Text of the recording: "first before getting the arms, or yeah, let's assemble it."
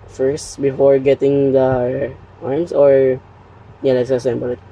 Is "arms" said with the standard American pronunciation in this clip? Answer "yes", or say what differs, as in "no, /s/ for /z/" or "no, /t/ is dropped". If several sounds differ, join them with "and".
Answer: no, /s/ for /z/